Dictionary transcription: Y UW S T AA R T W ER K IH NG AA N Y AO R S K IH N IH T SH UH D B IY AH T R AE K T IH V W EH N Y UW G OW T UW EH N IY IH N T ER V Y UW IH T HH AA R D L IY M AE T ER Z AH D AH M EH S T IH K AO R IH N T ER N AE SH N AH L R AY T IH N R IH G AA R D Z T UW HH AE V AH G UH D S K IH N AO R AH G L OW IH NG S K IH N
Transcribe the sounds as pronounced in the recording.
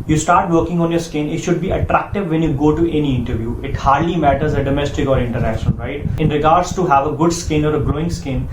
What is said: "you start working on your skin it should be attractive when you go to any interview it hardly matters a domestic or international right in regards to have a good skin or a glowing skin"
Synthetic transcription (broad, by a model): Y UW S T AA R T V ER K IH NG AA N Y AO R S K IH N IH T SH UH D B IY AH T R AE K T IH V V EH N Y UW G OW T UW EH N IY IH N T ER V Y UW IH T HH AA R D L IY M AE T ER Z AH D AH M EH S T IH K AO R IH N T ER AE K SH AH N R AY T IH N R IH G AA R D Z T UW HH AE V AH G UH D S K IH N AO R AH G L OW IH NG S K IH N